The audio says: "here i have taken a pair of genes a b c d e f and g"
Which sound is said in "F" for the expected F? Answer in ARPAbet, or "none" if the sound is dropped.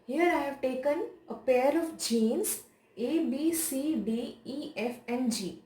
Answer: F